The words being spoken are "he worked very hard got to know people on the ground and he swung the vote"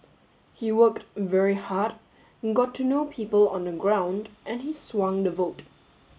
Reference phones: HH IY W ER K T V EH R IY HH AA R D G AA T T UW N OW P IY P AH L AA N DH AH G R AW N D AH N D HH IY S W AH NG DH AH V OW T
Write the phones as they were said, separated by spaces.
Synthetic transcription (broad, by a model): HH IY W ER K T V EH R IY HH AA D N G AA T T UW N OW P IY P AH L AA N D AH G R AW N D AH N HH IY S W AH NG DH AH V OW T